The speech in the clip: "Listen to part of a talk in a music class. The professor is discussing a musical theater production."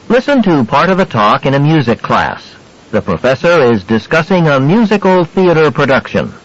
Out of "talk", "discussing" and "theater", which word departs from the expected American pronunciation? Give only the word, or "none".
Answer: none